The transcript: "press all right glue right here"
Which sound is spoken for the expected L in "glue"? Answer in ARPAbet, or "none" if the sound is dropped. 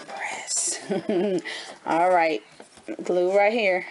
L